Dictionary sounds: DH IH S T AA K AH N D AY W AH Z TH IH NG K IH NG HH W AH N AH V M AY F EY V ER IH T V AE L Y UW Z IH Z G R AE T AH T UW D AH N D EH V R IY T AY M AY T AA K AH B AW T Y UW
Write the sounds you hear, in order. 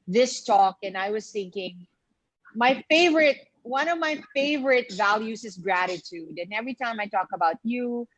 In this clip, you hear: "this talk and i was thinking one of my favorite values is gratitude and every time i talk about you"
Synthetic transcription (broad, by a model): DH IH S T AA K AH N AY W AH Z TH IH NG K IH NG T W AH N AH V M AY F EY V ER IH T V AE L Y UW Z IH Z G R AE T AH T UW D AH N EH V R IY T AY M AY T AA K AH B AW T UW